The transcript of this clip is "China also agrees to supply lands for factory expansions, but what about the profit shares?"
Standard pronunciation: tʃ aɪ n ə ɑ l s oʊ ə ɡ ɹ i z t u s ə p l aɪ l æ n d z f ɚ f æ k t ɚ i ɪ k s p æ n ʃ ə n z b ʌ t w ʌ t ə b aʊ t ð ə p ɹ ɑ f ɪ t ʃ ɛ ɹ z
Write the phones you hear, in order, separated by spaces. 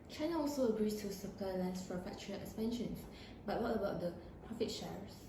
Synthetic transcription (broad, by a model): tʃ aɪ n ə ɑ l s oʊ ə ɡ ɹ i s t u s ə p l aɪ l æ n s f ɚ f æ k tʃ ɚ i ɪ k s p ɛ n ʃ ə n s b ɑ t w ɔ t ə b aʊ t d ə p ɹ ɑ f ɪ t ʃ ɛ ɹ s